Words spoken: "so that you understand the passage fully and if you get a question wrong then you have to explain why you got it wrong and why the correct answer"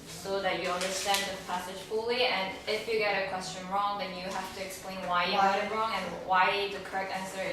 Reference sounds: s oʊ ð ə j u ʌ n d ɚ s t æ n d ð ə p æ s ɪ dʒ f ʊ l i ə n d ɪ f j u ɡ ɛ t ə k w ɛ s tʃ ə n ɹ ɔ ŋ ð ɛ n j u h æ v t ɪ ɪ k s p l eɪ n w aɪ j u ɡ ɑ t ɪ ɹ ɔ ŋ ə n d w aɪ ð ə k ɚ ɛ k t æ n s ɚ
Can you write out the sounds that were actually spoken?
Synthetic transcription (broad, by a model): s oʊ ð ə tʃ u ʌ n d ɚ s t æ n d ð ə p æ s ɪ ʒ f ʊ l i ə n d ɪ f j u ɡ ɛ t ə k w ɛ s tʃ ə n ɹ ɔ ŋ ð ɛ n j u h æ f t ɪ ɪ k s p l eɪ n w aɪ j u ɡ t ɪ ɹ ɔ ŋ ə n w aɪ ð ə k ɚ ɛ k t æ n s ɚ